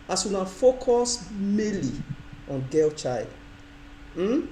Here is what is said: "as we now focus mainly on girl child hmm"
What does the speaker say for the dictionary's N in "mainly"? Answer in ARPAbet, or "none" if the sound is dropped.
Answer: none